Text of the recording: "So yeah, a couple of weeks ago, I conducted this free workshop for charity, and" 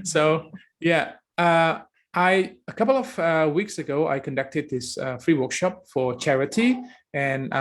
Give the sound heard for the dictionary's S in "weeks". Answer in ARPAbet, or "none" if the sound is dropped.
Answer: S